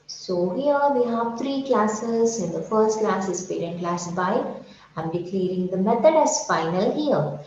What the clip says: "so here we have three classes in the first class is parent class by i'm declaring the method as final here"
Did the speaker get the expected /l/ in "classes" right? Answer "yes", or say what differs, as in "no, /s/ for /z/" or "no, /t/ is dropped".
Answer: yes